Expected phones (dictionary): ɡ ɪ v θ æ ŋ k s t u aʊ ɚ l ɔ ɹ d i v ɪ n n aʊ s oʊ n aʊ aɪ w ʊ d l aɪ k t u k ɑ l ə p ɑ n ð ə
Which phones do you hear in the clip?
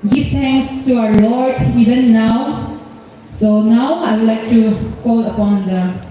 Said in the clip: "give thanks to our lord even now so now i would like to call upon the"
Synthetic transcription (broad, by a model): ɡ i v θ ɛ ŋ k s t u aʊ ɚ l ɔ ɹ d i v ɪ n n aʊ s oʊ n aʊ aɪ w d l aɪ k t u k ɑ l ə p ɑ n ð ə